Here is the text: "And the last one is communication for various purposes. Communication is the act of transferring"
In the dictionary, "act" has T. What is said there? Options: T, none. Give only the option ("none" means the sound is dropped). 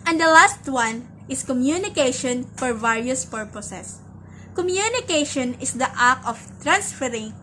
none